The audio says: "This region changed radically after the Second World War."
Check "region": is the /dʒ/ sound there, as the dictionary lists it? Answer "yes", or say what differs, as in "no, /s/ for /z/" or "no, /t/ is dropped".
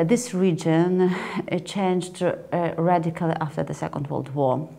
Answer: yes